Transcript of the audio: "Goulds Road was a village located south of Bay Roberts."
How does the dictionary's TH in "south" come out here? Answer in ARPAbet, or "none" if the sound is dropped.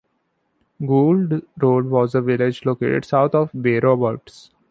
T